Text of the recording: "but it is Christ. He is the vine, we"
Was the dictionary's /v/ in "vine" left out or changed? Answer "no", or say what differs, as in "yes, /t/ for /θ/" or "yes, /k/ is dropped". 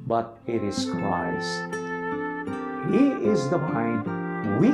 yes, /p/ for /v/